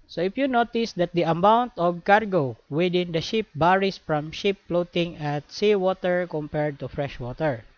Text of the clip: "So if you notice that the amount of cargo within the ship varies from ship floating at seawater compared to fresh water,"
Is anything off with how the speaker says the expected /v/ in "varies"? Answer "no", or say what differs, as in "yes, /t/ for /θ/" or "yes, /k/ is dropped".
yes, /b/ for /v/